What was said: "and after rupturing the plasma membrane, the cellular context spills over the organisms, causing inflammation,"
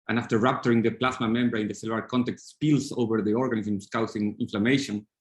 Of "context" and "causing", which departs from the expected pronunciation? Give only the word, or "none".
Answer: causing